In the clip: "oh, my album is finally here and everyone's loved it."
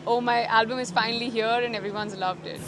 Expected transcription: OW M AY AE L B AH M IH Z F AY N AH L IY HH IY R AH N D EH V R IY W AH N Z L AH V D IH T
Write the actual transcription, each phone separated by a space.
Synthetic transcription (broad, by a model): OW M AY AE L B AH M IH Z F AY N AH L IY HH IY R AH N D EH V R IY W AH N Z L AH V D IH T